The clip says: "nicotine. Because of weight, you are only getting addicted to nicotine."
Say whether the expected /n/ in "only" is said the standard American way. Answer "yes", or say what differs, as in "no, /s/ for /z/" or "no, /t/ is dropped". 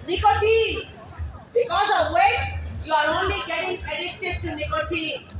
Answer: yes